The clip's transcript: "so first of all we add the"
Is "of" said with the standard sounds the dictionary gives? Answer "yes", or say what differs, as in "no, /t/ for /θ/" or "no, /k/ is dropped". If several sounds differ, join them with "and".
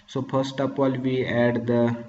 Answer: no, /p/ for /v/